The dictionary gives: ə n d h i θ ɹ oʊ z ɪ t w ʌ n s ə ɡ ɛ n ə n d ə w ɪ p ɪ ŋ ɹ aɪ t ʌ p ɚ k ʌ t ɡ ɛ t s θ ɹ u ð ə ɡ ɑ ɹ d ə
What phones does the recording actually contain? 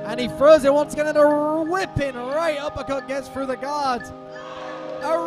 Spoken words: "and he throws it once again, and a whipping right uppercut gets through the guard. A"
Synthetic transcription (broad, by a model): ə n i f ɹ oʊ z ɪ t w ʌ n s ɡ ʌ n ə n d ə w ɪ p ɪ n ɹ aɪ t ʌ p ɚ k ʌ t ɡ ɛ t s θ ɹ u ð ə ɡ ɑ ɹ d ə